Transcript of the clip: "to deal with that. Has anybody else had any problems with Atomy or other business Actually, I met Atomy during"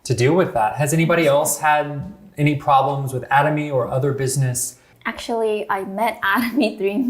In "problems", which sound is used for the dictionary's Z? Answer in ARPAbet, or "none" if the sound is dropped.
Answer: Z